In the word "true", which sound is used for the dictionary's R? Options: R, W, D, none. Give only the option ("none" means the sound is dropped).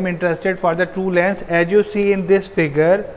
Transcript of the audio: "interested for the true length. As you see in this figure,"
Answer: none